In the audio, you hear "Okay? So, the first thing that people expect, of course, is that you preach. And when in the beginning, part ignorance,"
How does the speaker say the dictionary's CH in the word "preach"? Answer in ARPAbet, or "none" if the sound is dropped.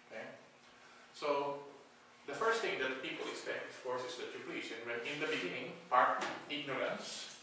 S